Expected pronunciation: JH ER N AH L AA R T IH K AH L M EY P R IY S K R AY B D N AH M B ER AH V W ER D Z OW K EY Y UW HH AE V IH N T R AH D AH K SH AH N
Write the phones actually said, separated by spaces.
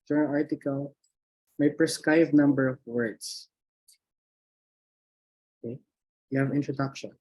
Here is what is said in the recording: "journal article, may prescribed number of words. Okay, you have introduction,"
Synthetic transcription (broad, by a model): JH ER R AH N AA R T IH K AH L M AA P R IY S K R AY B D N AH M B ER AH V W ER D S OW K EY Y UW HH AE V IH N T R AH D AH K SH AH N